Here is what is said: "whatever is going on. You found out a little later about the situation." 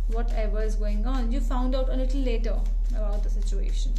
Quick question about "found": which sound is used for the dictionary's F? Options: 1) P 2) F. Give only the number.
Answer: 2